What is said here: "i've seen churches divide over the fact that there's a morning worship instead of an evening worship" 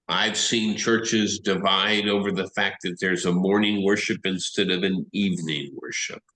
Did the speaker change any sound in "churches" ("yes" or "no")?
no